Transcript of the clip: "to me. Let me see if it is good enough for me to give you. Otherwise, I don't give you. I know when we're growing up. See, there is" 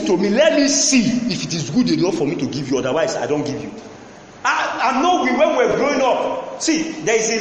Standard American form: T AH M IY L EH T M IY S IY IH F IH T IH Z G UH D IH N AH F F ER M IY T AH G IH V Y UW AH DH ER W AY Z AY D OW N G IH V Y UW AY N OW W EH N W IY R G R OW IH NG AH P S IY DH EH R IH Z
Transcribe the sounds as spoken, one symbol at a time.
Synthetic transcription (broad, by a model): T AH M IY L EH T M IY S IY IH F IH T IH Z G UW D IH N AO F F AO M IY T AH G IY V Y UW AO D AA W AY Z AY D OW N G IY V Y UW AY N OW W EH N W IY W G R OW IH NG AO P S IY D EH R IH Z